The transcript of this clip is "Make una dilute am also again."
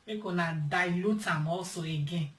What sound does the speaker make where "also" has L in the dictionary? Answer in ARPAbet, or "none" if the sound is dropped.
none